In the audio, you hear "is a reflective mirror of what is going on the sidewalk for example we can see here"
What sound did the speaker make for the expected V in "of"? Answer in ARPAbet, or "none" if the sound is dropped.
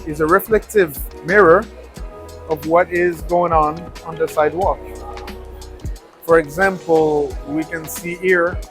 V